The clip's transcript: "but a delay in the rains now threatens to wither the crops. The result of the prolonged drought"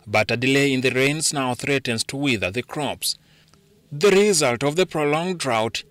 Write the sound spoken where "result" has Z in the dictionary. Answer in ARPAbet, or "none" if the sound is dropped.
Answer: Z